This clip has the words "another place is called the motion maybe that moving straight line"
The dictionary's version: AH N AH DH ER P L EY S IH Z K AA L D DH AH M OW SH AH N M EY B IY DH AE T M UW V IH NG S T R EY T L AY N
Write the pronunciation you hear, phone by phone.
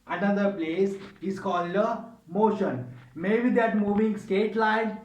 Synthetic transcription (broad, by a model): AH N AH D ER P L EY S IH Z K AA L D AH M OW SH AH N M EY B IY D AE T M UW V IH NG S T EY T L AY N